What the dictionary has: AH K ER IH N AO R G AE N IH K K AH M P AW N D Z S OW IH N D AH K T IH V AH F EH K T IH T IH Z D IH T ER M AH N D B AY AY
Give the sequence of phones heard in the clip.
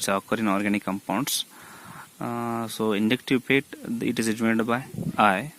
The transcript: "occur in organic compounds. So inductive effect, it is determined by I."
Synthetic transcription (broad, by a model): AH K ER IH N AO R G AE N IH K K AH M P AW N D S S OW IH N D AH K T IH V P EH T IH T IH Z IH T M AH D B AY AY